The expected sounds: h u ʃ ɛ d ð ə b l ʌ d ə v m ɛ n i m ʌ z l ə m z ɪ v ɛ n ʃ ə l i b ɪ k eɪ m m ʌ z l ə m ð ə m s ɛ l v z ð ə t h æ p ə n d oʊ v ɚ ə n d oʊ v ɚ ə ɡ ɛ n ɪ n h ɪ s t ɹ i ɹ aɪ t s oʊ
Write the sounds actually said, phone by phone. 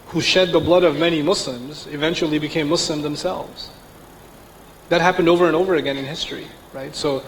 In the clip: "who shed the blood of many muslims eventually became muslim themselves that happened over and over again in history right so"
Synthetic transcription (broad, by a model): h u ʃ ɛ d ð ə b l ʌ d ə v m ɛ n i m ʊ s l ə m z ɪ v ɛ n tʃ l i b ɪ k eɪ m m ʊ s l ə m ð ə m s ɛ l v z ð ə t h æ p ə n d oʊ v ɚ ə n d oʊ v ɚ ə ɡ ɛ n ɪ n h ɪ s t ɹ i ɹ aɪ t s oʊ